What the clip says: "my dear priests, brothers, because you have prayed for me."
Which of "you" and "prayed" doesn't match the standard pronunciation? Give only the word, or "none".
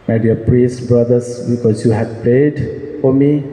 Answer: prayed